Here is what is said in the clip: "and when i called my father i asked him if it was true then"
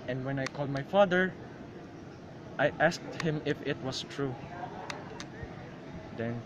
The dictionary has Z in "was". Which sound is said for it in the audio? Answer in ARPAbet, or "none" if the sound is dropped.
S